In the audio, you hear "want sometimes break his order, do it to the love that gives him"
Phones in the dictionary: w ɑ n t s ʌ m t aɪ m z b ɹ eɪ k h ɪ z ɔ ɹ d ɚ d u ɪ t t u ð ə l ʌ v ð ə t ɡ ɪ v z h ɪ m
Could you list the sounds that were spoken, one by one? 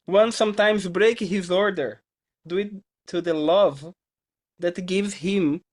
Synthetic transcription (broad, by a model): w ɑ n s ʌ m t aɪ m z b ɹ eɪ k h ɪ z ɔ ɹ d ɚ d u ɪ t t u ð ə l ʌ v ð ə t ɡ ɪ v z h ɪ m